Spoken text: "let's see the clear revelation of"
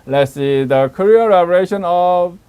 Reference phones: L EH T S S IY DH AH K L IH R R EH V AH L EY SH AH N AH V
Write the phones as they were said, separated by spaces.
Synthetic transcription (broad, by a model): L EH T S S IY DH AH K AH R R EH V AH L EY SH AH N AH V